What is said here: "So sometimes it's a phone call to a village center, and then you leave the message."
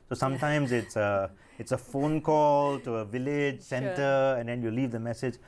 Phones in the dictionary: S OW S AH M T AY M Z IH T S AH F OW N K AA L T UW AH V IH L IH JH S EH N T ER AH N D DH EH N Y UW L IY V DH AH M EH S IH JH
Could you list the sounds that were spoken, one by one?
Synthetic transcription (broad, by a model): S OW S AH M T AY M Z IH T S AH F OW N K AA L T UW AH V IH L IH JH S EH N T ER AH N D EH N Y UW L IY V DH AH M EH S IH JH